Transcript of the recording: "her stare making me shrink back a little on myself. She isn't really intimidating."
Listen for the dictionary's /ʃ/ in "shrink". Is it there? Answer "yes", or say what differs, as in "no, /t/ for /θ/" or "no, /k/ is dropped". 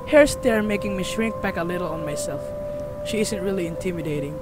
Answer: yes